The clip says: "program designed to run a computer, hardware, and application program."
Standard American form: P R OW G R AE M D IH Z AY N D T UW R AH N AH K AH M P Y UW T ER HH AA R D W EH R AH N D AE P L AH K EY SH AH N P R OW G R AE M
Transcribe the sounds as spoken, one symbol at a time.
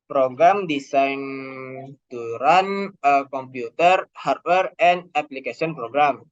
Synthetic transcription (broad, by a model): P R OW G R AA M D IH S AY N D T UW R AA N AH K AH M P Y UW T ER HH AA R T W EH R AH N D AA P L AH K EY S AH N P R OW G R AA M